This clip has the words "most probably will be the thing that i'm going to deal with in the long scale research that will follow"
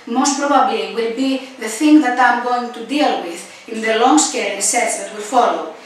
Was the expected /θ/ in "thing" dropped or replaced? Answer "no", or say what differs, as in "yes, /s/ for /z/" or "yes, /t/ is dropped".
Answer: no